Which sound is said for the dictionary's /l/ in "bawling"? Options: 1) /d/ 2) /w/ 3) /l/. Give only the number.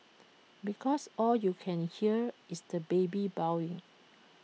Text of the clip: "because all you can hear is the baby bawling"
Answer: 2